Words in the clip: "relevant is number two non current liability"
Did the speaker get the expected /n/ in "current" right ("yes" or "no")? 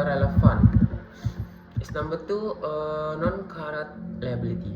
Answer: no